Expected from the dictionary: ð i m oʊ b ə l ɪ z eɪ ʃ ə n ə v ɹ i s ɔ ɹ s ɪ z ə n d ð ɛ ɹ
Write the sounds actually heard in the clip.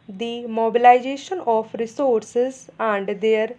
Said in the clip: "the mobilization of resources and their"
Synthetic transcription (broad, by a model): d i m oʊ b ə l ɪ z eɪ ʃ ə n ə p ɹ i s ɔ ɹ s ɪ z ə n d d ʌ ɹ